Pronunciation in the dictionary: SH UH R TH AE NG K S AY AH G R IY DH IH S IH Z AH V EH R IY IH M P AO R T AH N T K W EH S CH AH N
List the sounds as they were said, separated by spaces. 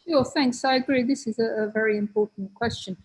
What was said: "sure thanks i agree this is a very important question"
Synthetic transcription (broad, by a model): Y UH TH AE NG K S AY AH G R IY DH IH S IH Z AH V EH R IY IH M P AO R T N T K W EH S CH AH N